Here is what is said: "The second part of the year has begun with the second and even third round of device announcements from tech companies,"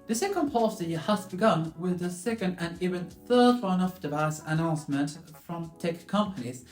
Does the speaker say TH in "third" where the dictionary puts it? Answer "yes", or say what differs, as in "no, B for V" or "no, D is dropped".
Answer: yes